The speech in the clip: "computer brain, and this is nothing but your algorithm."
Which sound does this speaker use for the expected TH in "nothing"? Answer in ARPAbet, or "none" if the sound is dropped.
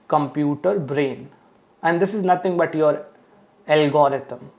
T